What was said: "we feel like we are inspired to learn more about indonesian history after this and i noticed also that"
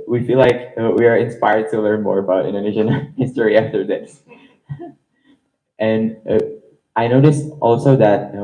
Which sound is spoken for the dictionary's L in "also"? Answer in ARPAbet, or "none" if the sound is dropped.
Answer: L